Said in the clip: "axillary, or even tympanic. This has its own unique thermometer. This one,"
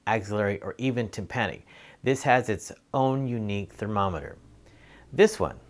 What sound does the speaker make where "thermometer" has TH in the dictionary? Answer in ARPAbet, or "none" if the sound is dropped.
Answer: TH